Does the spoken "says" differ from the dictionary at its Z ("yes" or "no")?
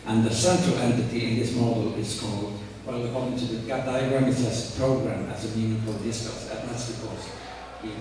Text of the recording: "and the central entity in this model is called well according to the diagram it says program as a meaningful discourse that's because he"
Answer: yes